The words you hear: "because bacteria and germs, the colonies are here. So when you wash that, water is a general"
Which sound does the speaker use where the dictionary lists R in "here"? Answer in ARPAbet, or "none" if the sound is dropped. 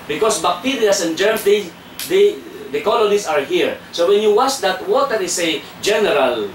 R